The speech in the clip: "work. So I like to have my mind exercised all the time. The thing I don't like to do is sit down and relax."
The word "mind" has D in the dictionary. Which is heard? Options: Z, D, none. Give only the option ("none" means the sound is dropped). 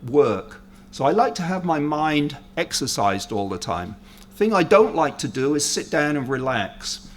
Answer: D